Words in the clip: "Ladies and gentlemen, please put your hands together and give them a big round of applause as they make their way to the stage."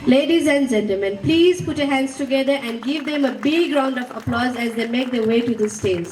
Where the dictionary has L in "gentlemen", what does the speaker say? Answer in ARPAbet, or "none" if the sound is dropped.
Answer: none